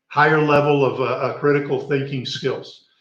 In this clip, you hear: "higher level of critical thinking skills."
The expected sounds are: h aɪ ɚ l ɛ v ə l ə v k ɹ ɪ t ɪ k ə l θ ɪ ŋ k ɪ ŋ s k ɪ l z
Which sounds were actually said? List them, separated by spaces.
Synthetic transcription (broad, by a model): h aɪ ɚ l ɛ v l ə v k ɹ ɪ t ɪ k l θ ɪ ŋ k ɪ ŋ s k ɪ l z